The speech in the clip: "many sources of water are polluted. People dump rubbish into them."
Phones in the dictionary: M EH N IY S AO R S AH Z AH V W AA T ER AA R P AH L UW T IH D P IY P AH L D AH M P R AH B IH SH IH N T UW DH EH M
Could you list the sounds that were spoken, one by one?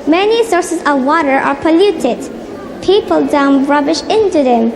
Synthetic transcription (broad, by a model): M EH N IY S AO R S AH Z AH V W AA T ER AA R P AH L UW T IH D P IY P AH L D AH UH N R AH B IH SH IH N T UW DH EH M